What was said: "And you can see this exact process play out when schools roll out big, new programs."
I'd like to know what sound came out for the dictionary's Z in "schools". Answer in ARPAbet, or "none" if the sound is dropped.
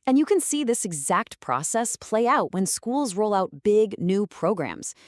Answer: Z